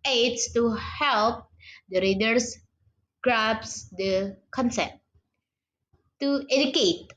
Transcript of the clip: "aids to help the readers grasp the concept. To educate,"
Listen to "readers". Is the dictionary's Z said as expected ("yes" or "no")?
no